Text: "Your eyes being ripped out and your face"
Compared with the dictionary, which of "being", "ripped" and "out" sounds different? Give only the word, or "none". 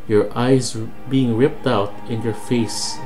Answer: none